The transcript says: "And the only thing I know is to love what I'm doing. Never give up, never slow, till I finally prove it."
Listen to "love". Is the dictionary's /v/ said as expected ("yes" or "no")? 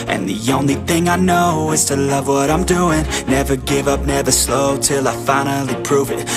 yes